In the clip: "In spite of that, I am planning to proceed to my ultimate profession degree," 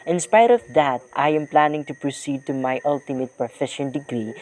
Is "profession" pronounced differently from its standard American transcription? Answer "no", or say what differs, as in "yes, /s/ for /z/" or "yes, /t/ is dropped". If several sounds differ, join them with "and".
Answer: yes, /ɹ/ is dropped